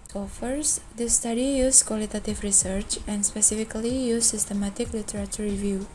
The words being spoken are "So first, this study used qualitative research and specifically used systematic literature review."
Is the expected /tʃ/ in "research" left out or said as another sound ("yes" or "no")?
no